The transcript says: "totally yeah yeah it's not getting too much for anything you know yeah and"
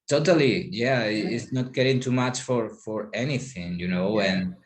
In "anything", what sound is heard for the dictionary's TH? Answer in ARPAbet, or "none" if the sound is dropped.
TH